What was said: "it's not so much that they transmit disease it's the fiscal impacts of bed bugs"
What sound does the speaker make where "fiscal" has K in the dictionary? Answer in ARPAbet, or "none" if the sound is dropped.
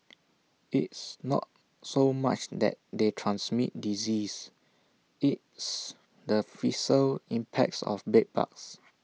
none